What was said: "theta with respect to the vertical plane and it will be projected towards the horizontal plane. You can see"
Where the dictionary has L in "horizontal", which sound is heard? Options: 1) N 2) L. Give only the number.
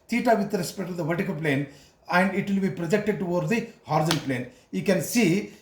1